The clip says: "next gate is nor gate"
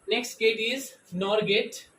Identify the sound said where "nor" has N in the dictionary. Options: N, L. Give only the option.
N